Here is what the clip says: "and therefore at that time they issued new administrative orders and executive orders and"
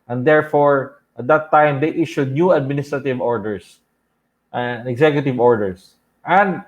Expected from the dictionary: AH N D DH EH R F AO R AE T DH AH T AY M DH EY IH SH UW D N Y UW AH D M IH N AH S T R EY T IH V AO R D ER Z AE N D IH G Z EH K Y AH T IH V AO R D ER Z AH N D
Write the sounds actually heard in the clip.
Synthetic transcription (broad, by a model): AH N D EH R F AO R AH T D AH T AY M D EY IH SH UW D N Y UW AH D M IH N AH S T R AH T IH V AO R D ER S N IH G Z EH K Y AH T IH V AO R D ER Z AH N D